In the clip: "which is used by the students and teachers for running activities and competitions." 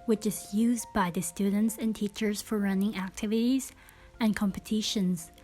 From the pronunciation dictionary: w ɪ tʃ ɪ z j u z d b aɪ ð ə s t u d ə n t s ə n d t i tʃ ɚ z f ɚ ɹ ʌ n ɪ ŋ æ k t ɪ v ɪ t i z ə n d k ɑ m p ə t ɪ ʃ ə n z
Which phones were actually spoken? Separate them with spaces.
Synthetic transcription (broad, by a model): w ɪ tʃ ɪ z j u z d b aɪ ð ə s t u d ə n t s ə n t i tʃ ɚ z f ɚ ɹ ʌ n ɪ ŋ æ k t ɪ v ɪ t i z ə n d k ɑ m p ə t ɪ ʃ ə n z